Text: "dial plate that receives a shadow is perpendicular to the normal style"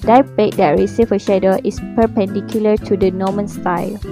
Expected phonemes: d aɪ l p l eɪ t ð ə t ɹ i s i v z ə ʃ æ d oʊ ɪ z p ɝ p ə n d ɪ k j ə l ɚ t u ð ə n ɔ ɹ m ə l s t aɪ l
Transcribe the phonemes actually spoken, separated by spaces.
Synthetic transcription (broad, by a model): d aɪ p eɪ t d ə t ɹ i s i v ə ʃ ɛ d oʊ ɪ s p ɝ p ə n d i k j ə l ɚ t u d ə n ɔ m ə n s t aɪ l